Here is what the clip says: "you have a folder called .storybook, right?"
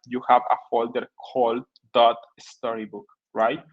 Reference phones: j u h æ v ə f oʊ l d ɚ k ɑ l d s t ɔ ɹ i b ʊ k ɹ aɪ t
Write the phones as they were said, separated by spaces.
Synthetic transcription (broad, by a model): j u h æ v ə f oʊ l d ɚ k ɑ l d s t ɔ ɹ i b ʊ k ɹ aɪ t